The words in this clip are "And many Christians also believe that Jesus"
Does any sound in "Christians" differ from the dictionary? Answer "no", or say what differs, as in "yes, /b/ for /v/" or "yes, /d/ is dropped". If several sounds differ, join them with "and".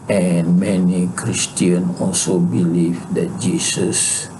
yes, /z/ is dropped